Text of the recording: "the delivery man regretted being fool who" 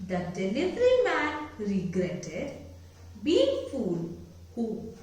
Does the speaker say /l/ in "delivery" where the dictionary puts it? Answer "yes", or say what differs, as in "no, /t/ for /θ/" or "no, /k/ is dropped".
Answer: no, /n/ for /l/